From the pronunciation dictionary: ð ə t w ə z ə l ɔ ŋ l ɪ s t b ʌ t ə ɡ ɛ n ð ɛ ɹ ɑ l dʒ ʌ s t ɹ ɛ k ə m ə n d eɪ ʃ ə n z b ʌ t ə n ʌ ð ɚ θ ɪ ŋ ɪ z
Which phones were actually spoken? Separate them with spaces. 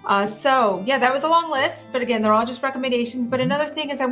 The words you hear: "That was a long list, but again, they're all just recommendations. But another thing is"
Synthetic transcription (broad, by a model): ð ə t w ə z ə l ɔ ŋ l ɪ s t b ʌ t ə ɡ ɛ n ð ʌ ɹ ɑ l dʒ ʌ s t ɹ ɛ k ə m ə n d eɪ ʃ ə n z b ʌ t ə n ʌ ð ɚ θ ɪ ŋ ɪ z